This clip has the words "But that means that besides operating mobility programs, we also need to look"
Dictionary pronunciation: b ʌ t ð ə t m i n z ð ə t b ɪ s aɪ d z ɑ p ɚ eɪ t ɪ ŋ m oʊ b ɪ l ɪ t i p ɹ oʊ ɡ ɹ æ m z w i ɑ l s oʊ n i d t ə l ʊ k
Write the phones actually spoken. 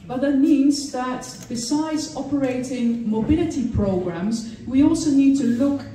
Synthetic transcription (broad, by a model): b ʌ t ð ə t m i n z ð ə t b ɪ s aɪ d z ɑ p ɚ eɪ t ɪ ŋ m oʊ b ɪ l ɪ t i p ɹ oʊ ɡ ɹ æ m z w i ɑ l s oʊ n i d t ə l ʊ k